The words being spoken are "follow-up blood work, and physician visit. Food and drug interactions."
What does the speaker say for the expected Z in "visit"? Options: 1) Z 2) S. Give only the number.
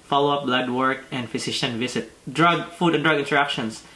2